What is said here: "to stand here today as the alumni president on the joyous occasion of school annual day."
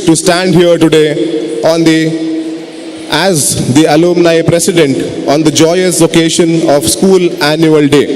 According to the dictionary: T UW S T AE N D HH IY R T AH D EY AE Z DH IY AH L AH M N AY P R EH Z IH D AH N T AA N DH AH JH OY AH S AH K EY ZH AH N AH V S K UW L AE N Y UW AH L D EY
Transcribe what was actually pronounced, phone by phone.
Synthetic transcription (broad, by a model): T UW S T AE N D HH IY R T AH D EY AE Z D IY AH L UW M N AY P R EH S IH D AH N T AA N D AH JH OY AH S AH K EY SH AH N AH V S K UW L AE N Y UW AH L D EY